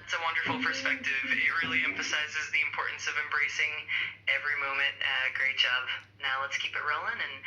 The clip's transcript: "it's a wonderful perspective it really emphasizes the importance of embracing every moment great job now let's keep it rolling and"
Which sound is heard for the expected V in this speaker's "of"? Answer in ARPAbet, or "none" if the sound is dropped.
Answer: V